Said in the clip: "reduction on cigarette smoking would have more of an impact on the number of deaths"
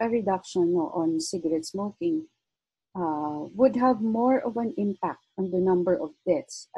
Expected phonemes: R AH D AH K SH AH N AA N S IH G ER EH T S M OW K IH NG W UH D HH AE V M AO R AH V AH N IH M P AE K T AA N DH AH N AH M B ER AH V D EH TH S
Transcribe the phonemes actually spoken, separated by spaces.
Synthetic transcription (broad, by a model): R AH D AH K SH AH N AA N S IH G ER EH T S M OW K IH NG W UH D HH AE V M AO R AH V AH N IH M P AE K T AA N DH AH N AH M B ER AH V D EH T S